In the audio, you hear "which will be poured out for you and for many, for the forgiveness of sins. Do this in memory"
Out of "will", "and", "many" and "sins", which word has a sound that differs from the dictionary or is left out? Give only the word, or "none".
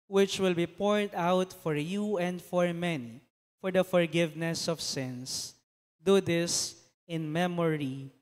sins